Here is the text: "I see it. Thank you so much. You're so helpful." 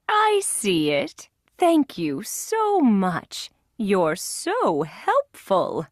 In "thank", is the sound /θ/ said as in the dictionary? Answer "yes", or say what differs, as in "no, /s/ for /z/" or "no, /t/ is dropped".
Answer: yes